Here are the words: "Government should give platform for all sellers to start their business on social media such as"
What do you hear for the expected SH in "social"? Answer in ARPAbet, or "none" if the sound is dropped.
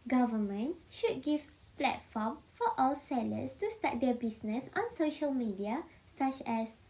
SH